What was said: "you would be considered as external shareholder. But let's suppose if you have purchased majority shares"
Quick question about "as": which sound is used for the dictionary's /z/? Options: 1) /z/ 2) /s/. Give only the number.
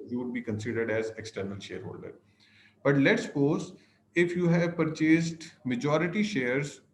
1